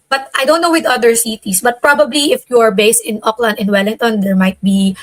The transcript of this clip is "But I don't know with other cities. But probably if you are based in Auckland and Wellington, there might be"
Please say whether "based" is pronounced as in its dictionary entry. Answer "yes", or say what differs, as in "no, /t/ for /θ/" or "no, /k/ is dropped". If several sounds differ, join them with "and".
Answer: yes